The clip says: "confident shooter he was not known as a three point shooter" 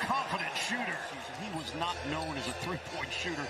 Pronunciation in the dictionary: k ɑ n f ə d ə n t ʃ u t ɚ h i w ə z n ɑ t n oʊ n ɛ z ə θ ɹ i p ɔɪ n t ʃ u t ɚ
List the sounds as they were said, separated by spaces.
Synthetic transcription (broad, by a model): k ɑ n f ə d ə n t ʃ u t ɚ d i w ə z n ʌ t n oʊ n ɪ z ə θ ɹ i p ɔɪ n t ʃ u t ɚ